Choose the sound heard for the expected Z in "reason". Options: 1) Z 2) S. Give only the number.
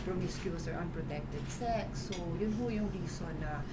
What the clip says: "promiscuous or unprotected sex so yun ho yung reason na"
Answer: 2